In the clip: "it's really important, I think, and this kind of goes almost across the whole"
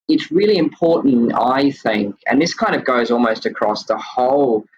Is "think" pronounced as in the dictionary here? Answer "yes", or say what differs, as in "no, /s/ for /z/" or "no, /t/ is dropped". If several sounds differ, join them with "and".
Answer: yes